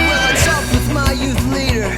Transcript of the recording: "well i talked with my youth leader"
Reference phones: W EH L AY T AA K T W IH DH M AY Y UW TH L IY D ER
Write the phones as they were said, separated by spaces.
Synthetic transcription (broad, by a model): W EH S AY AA T W IH DH M AY Y UW TH L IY D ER